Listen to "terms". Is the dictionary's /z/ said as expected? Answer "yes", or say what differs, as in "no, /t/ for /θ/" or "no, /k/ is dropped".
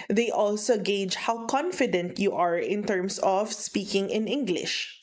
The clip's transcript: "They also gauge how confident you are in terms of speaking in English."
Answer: no, /s/ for /z/